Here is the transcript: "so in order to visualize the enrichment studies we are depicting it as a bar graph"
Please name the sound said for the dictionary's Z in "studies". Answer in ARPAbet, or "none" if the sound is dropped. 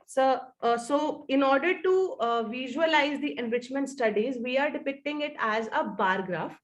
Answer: Z